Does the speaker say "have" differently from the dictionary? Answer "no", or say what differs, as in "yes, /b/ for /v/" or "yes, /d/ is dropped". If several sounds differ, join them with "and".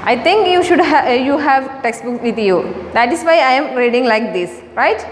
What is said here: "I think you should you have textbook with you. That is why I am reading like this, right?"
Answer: no